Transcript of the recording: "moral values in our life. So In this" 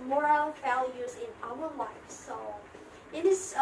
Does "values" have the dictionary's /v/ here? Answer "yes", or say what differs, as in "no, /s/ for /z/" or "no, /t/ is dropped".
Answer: yes